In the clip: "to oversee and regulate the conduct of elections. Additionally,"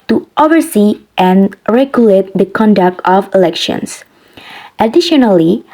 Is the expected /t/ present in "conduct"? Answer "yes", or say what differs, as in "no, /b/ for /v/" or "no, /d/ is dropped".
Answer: yes